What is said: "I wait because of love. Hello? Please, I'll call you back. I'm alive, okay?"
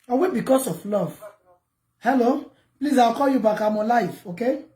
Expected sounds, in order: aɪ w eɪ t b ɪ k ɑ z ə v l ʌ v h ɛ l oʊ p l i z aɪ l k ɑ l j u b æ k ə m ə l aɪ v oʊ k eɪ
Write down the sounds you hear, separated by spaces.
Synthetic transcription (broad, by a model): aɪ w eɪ b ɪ k ɑ s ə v l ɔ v h ɛ l oʊ p l i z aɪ w k ɑ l j u b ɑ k ə m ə l aɪ f oʊ k eɪ